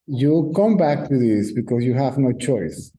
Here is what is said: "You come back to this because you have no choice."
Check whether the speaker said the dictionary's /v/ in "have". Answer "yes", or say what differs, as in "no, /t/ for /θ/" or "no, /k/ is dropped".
yes